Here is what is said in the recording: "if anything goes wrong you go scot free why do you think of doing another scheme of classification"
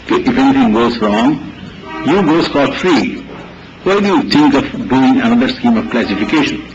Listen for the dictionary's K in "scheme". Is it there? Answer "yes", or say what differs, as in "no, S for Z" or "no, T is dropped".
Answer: yes